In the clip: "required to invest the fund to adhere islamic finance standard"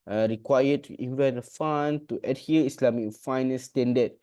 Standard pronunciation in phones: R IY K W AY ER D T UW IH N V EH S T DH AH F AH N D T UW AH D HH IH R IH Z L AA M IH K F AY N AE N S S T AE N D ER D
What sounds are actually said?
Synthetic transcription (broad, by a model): R IY K W AY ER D T UW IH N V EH T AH F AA N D T UW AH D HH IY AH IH S L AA M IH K F AY N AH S S T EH N D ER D